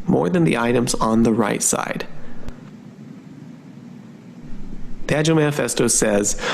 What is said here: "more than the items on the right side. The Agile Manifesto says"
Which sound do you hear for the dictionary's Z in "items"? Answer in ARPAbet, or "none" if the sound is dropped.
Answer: Z